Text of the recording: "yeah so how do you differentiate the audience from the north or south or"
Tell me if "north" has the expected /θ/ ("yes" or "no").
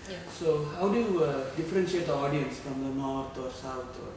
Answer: no